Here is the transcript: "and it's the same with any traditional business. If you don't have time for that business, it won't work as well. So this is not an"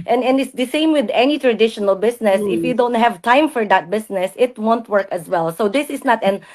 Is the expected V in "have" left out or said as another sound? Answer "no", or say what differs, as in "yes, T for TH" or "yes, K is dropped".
no